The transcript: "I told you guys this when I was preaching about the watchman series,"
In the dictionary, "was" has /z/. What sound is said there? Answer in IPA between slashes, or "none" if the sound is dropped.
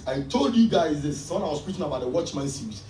/s/